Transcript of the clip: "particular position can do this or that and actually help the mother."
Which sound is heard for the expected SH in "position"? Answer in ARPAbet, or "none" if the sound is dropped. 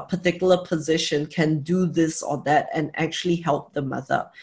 SH